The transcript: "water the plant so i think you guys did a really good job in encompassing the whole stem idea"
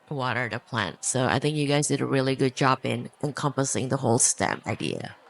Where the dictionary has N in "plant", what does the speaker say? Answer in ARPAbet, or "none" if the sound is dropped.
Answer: N